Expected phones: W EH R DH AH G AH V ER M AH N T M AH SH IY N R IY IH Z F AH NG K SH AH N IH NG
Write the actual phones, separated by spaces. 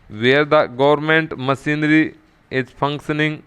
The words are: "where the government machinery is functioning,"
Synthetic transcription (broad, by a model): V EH R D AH G AH V ER M AH N T M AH S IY N R IY IH Z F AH NG K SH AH N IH NG